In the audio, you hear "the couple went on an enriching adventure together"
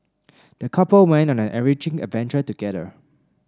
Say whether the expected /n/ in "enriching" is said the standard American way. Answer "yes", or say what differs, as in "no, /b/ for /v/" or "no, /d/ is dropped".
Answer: no, /n/ is dropped